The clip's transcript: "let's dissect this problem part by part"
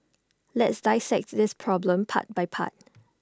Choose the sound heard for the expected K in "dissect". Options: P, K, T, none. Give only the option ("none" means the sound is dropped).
K